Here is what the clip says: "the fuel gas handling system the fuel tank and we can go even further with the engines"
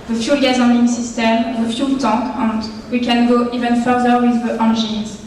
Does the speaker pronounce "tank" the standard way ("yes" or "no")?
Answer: no